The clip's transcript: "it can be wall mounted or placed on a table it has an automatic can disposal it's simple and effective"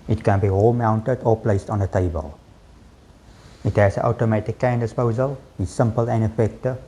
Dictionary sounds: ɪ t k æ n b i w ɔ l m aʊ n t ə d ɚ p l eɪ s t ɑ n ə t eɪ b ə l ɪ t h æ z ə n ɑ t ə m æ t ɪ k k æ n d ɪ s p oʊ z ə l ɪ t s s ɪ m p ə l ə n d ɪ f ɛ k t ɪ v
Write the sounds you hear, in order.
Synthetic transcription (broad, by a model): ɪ t k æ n b i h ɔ l m aʊ n t ə d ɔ p l eɪ s t ɑ n ə t eɪ b ə l ɪ t h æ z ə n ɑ t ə m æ t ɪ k k æ n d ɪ s p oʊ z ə l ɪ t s s ɪ m p ə l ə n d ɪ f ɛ k t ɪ